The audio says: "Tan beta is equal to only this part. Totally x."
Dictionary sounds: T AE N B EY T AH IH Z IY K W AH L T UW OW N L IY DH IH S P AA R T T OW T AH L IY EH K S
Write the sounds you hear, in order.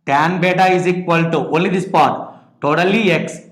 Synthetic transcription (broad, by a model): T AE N B EY T AH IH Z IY K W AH L T UW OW L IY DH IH S P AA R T T OW T AH L IY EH K S